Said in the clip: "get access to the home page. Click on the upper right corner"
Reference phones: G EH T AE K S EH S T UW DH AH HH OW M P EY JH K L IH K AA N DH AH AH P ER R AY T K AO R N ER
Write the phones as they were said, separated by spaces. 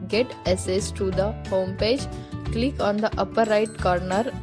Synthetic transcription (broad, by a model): G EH T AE S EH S T UW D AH HH OW M P EY JH K L IH K AA N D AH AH P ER R AY T K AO R N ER